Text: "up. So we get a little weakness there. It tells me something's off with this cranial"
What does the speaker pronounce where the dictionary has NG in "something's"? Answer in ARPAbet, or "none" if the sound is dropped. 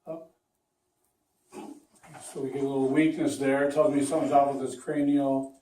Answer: none